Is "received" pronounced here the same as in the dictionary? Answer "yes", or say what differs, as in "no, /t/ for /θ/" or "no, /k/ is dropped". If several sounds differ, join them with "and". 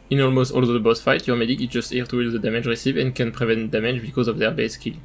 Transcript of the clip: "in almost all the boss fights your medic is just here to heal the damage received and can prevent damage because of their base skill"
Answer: no, /d/ is dropped